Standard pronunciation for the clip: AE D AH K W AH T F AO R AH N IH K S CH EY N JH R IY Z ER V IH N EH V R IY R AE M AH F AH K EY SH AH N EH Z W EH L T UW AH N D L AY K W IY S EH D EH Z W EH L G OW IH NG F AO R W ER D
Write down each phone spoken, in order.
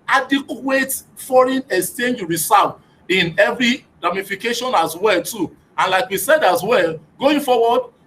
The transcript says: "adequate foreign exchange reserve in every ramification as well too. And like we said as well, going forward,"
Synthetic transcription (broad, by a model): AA D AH K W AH T F AO R AH N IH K S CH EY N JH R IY S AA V IH N EH V R IY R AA M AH F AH K EY SH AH N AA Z W EH L T UW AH N L AY K W IY S EH D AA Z W EH L G OW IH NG F AO W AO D